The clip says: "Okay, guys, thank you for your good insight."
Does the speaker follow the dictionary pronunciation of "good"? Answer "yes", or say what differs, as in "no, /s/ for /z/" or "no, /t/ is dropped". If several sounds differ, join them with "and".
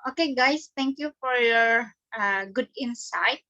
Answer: yes